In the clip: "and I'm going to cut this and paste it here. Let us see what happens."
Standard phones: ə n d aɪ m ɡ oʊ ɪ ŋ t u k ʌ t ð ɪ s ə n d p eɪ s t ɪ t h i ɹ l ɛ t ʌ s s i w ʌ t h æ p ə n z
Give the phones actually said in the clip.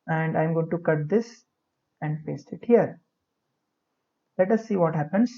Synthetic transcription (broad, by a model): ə n d aɪ m ɡ oʊ ɪ ŋ t u k ʌ t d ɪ s ə n d f eɪ s ɪ t h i ɹ l ɛ t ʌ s s i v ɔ t h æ p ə n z